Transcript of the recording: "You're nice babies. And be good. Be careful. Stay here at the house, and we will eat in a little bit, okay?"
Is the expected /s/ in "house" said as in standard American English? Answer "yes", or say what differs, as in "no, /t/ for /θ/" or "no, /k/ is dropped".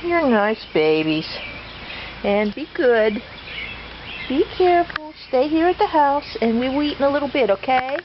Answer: yes